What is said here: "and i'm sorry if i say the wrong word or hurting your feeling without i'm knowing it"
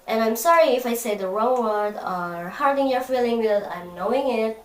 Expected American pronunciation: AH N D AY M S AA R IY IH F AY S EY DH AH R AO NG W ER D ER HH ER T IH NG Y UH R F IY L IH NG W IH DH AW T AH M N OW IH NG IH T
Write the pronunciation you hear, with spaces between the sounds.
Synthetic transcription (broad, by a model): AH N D AY M S AA R IY IH F AY S EY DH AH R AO W ER D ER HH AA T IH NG Y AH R F IY L IH NG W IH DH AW AH M N OW IH NG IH T